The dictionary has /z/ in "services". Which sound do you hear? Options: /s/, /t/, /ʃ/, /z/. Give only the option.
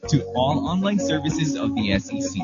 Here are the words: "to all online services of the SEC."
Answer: /z/